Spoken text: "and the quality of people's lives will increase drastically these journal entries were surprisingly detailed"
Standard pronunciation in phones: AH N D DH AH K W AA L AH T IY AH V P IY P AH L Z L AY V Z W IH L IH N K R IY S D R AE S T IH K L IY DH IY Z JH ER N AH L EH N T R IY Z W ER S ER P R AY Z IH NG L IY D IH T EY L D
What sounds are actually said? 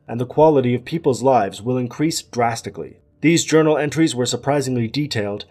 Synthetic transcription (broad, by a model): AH N DH AH K W AA L AH T IY AH V P IY P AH L Z L AY V Z W IH L IH N K R IY S D R AE S T IH K L IY DH IY Z JH ER N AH L EH N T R IY Z W ER S ER P R AY Z IH NG L IY D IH T EY L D